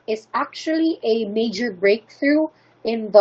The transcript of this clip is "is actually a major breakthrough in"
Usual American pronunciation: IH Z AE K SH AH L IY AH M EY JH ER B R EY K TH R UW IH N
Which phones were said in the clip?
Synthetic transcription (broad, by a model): IH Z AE K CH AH L IY AH M EY JH ER B R EY K TH R UW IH N